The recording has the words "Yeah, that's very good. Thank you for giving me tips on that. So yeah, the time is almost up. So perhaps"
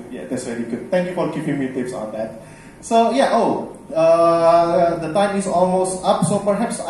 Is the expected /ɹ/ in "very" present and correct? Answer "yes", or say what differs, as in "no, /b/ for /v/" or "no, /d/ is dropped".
no, /l/ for /ɹ/